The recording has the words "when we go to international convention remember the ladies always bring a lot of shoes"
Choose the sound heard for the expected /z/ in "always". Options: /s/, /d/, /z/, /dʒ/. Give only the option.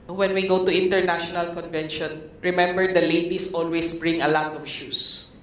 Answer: /s/